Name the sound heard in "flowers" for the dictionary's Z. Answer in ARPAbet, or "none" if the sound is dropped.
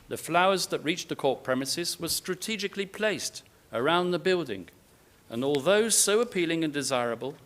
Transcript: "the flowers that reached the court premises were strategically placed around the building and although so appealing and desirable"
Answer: Z